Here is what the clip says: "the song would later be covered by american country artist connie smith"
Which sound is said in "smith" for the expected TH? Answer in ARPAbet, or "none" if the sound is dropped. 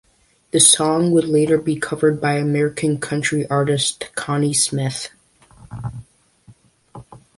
TH